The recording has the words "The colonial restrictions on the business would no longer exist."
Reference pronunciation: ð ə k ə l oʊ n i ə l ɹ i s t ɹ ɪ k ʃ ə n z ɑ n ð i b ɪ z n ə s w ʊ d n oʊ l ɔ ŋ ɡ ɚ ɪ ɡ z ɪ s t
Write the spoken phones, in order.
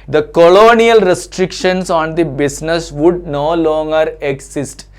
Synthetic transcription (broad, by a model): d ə k ə l oʊ n i ə l ɹ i s t ɹ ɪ k ʃ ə n s ɑ n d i b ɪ s n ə s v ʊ d n oʊ l ɔ ŋ ɡ ɚ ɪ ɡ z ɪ s t